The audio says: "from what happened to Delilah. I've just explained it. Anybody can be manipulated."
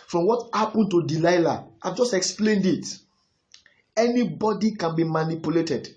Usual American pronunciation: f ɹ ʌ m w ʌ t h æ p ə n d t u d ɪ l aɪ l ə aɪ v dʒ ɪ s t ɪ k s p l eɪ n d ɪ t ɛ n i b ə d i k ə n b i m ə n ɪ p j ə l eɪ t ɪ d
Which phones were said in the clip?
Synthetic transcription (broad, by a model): f ɹ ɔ m w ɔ t h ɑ p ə n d t u d ɪ l aɪ l ə aɪ v dʒ ɪ s t ɪ k s p l eɪ n d ɪ t ɛ n i b ə d i k ə n b i m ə n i p j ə l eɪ t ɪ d